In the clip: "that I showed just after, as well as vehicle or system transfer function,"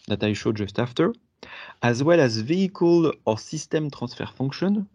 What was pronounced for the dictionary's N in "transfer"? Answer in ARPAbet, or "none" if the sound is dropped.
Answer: none